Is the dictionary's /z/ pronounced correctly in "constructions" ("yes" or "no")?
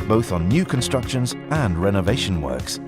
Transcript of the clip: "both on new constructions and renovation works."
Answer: yes